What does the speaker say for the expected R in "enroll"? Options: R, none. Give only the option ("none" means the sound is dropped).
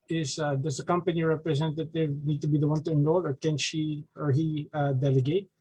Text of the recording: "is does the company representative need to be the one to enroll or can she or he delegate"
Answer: none